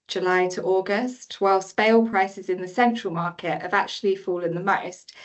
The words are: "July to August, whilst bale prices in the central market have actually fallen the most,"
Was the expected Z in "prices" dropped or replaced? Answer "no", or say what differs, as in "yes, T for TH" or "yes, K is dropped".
no